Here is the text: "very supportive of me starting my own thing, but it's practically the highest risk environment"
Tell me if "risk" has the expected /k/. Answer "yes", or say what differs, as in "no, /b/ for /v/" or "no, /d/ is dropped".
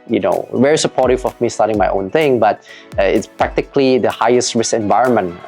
no, /k/ is dropped